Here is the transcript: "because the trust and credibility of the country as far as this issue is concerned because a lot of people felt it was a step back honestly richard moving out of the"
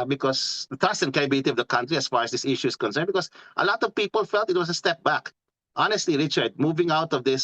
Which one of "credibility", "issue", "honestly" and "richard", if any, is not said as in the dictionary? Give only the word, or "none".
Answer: credibility